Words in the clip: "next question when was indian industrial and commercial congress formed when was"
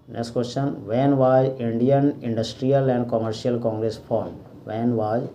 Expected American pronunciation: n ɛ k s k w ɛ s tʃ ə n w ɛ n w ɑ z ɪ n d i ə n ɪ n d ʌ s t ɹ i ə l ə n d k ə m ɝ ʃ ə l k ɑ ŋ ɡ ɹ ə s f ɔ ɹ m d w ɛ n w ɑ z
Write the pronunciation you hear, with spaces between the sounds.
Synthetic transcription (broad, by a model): n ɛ k s k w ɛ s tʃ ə n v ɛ n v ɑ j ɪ n d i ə n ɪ n d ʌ s t ɹ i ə l ə n d k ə m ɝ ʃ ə l k ɑ ŋ ɡ ɹ ə s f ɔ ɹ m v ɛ n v ɑ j